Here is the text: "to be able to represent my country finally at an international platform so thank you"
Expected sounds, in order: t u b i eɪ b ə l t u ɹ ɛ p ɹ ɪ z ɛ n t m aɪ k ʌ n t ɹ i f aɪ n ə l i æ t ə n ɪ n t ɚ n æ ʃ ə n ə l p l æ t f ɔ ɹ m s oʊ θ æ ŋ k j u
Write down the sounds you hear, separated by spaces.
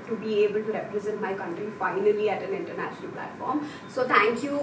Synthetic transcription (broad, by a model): t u b i eɪ b ə l t u ɹ ɛ p ɹ ɪ z ɛ n t m aɪ k ʌ n t ɹ i f aɪ n ə l i æ t ə n ɪ n t ɚ n æ ʃ ə n ə l p l æ t f ɔ ɹ m s oʊ t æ ŋ k j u